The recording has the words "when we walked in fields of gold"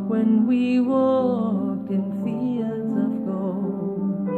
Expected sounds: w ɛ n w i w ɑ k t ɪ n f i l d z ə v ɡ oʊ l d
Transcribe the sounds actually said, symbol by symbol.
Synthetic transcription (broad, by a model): w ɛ n w i w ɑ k ɪ n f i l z ə v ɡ oʊ